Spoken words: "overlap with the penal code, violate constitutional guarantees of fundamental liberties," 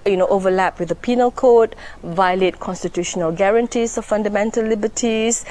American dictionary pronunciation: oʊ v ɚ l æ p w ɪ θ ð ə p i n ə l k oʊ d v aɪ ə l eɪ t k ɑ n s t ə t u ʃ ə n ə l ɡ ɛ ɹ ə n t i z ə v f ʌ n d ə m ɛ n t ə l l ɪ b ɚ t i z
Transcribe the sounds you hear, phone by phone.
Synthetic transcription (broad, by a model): oʊ v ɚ l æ p w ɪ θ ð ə p i n ə l k oʊ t v aɪ ə l eɪ t k ɑ n s t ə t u ʃ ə n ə l ɡ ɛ ɹ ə n t i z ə f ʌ n d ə m ɛ n t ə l l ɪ b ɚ t i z